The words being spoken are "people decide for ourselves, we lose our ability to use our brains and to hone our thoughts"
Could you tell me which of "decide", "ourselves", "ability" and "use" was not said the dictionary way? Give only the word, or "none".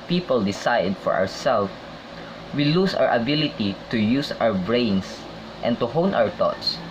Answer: ourselves